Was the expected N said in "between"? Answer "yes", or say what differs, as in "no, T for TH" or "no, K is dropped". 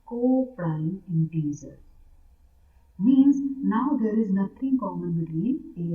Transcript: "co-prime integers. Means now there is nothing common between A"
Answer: no, N is dropped